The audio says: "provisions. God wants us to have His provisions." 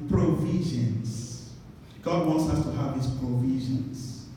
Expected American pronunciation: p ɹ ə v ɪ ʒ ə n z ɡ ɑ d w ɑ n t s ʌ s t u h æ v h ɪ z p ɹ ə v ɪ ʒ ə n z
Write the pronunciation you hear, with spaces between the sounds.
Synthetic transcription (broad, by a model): p ɹ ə v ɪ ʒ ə n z ɡ ɑ d w ɑ n t s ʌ s t u h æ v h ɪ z p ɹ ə v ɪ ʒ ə n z